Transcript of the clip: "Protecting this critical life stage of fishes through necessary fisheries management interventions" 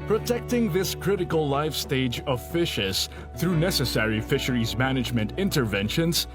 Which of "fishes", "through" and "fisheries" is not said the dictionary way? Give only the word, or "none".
none